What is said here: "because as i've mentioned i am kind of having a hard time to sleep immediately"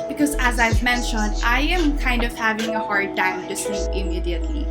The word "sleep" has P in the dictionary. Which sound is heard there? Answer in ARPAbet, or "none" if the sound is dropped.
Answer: none